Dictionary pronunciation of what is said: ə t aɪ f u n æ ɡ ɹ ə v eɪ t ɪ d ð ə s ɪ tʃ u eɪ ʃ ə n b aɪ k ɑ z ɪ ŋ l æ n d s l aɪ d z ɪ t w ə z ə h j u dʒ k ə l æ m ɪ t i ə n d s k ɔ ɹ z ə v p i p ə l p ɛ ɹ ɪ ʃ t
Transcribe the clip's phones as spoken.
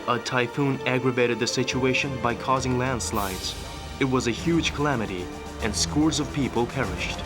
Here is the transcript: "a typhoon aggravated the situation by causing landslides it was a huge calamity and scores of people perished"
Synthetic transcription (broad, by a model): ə t aɪ f u n æ ɡ ɹ ə v eɪ t ɪ d ð ə s ɪ tʃ u eɪ ʃ ə n b aɪ k ɑ z ɪ ŋ l æ n d s l aɪ d z ɪ t w ə z ə h j u dʒ k ə l æ m ɪ t i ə n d s k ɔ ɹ z ə v p i p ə l p ɛ ɹ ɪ ʃ t